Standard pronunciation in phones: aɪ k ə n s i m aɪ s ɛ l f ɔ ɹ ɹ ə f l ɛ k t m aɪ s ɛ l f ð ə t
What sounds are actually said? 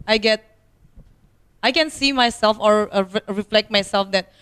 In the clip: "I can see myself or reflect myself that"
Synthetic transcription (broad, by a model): aɪ k ə n s i m aɪ s ɛ l f ɔ ɹ ɹ ə f l ɛ k t m aɪ s ɛ l f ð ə t